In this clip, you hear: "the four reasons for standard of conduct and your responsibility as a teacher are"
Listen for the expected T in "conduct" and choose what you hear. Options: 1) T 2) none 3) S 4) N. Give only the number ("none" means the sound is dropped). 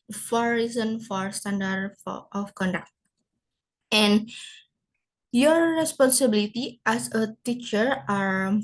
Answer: 1